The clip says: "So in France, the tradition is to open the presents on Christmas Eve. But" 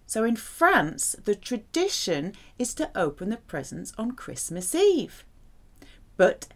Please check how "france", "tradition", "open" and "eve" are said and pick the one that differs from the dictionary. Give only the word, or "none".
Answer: none